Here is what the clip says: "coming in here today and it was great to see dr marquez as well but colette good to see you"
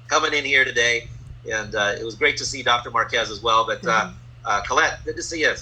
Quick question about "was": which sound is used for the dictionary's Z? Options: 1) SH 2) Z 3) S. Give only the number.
2